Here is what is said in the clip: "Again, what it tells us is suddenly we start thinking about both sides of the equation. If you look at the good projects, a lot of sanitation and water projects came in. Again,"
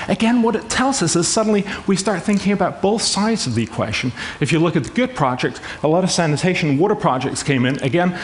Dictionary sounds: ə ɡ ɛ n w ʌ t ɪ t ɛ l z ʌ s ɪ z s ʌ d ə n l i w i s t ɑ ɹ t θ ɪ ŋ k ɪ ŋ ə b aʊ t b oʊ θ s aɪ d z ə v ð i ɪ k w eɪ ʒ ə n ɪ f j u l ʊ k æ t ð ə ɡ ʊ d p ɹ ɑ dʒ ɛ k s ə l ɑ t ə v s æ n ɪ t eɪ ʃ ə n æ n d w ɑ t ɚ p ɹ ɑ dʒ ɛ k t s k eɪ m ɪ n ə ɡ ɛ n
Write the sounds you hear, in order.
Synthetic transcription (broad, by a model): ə ɡ ɛ n w ʌ t ɪ t ɛ l z ʌ s ɪ z s ʌ d n l i w i s t ɑ ɹ t θ ɪ ŋ k ɪ ŋ ə b aʊ t b oʊ θ s aɪ d z ə v ð i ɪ k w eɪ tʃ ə n ɪ f j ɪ l ʊ k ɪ t ð ə ɡ ʊ d p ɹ ɑ dʒ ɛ k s ə l ɑ t ə v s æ n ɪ t eɪ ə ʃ n w ɑ t ɚ p ɹ ɑ dʒ ɛ k t s k eɪ m ɪ n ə ɡ ɛ n